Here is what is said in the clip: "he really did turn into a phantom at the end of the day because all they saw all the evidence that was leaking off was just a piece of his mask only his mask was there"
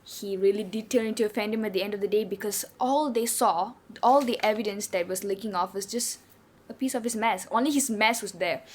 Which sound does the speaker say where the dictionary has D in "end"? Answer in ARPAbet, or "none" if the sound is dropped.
D